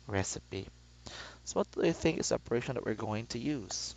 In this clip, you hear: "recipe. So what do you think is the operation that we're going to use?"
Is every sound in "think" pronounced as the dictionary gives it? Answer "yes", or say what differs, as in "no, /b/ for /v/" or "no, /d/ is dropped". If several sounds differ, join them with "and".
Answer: yes